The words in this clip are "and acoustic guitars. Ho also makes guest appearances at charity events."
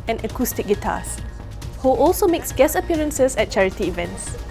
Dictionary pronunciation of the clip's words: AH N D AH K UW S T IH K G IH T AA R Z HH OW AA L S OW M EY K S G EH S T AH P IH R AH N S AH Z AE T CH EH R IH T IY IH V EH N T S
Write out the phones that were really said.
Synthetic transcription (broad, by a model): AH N AH K UW S T IH K G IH T AA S HH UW AA L S OW M EY K S G EH S AH P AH R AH N S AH S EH T CH EH R IH T IY V EH N T S